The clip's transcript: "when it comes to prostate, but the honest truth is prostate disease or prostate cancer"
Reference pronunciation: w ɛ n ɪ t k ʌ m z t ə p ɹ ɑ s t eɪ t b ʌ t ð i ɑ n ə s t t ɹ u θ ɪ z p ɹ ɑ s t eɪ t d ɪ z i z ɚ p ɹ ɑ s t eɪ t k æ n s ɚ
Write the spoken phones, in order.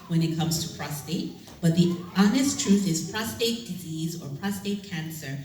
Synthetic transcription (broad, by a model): w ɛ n ɪ t k ʌ m z t ə p ɹ ɑ s t eɪ t b ʌ t ð i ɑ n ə s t t ɹ u θ ɪ z p ɹ ɑ s t eɪ t d ɪ z i z ɚ p ɹ ɑ s t eɪ t k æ n s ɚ